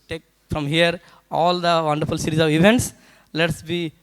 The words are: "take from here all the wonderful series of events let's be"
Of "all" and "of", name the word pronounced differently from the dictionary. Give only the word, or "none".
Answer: none